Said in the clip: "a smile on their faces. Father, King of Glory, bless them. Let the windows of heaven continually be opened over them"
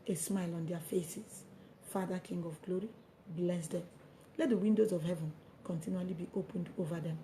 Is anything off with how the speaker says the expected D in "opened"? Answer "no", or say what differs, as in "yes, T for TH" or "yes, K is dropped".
no